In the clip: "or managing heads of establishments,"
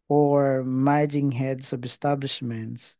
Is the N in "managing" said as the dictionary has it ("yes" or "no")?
no